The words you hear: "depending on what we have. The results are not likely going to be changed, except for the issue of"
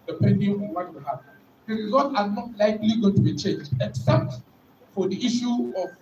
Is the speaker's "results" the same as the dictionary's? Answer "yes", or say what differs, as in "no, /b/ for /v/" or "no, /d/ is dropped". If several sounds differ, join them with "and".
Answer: no, /s/ is dropped